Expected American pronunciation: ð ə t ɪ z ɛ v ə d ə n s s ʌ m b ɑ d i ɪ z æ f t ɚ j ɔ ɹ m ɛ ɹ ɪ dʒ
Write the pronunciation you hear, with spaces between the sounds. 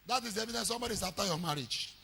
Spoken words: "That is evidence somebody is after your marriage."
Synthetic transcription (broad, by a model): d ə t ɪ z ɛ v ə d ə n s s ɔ m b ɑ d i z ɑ t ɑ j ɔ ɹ m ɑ ɹ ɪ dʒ